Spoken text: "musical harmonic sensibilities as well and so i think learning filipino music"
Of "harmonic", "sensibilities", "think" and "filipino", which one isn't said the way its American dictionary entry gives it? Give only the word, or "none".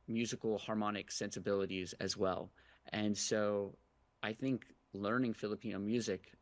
none